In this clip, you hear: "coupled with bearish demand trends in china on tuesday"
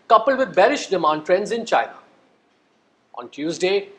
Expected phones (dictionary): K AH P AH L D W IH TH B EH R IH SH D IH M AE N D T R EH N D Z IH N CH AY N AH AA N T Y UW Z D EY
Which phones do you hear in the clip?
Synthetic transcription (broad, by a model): K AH P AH L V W IH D B EH R IH SH D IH M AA N D T R EH N D Z IH N CH AY N AH AA N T Y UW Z D EY